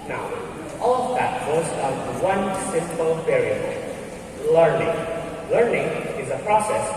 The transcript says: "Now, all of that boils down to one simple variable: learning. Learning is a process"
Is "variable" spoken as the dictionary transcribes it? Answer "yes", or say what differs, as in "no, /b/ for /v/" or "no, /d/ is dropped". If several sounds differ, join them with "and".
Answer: no, /p/ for /v/